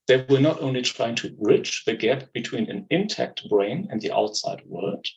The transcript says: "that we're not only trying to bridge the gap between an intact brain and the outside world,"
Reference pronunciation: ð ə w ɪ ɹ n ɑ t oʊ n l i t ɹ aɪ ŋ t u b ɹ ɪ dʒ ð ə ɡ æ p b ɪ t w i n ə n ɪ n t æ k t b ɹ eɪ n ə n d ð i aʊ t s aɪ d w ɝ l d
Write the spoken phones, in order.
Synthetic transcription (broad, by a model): ð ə w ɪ l n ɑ t oʊ n l i t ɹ aɪ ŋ t u ɹ ɪ tʃ ð ə ɡ æ p b ɪ t w i n ə n ɪ n t æ k t b ɹ eɪ n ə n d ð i aʊ t s aɪ d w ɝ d